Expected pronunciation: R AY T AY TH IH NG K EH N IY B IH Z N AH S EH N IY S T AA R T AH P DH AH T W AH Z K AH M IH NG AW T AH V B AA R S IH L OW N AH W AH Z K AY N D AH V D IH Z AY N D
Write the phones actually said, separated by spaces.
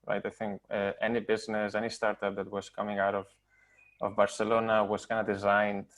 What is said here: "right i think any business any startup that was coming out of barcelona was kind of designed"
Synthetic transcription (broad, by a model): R AY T AY TH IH NG K EH N IY B IH Z N AH S EH N IY S T AA R T AH P DH AH T W AH Z K AH M IH NG AW T AH V B AA R S IH L OW N AH W AH Z K AY N D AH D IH Z AY N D